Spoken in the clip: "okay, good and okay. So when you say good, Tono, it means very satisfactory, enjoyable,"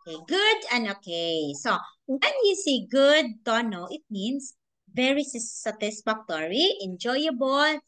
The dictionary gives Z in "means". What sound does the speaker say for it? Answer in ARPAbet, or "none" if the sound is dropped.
S